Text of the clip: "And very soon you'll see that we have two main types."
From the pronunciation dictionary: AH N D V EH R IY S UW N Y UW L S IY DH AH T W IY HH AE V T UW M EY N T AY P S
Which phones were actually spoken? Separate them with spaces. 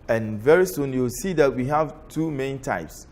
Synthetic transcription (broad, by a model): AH N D V EH R IY S UW N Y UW W S IY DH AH T W IY HH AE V T UW M EY N T AY P S